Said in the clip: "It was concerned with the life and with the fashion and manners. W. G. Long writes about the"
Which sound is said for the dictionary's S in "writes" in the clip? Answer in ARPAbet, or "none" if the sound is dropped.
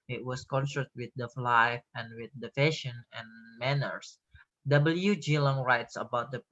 S